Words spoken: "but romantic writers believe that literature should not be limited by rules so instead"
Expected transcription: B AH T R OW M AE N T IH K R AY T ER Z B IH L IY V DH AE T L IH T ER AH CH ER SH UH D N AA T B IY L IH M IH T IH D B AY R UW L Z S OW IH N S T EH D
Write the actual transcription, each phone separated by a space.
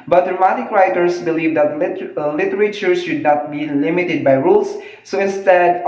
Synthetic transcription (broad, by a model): B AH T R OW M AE T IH K R AY T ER S B IH L IY V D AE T L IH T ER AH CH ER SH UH D N AA T B IY L IH M IH T IH D B AY R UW L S S OW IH N S T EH D